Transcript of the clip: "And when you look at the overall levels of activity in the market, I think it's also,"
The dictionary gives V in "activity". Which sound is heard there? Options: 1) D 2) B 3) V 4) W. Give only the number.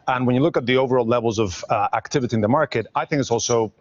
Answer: 3